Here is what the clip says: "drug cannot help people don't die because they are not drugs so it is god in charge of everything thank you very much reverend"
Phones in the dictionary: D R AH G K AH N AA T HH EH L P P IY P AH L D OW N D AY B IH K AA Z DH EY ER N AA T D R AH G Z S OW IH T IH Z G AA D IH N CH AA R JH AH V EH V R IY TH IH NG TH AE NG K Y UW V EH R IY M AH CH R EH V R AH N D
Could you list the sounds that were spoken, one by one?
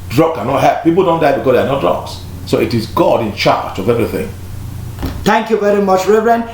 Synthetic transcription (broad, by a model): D R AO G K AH N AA T HH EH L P P IY P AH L D OW N D AY B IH K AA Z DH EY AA N AA T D R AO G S S OW IH T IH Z G AA D IH N CH AA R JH AH V EH V R IY TH IH NG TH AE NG K Y UW V EH R IY M AH CH R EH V R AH N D